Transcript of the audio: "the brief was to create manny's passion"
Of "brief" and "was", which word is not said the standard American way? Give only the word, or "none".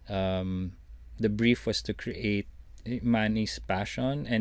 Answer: was